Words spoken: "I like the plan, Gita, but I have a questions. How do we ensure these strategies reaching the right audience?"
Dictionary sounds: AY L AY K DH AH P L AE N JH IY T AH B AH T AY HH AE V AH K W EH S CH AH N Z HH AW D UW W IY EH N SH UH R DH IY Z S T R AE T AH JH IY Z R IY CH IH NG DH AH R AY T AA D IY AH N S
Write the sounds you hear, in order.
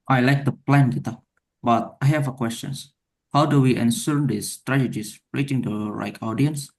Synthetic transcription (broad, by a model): AY L AY K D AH P L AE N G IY T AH B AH T AY HH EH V AH K W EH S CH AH N S HH AW D UW W IY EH N S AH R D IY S T R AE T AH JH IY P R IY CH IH NG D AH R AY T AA D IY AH N S